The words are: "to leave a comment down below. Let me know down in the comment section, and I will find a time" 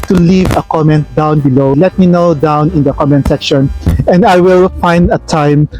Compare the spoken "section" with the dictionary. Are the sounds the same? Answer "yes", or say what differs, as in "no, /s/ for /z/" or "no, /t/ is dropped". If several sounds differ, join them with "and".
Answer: yes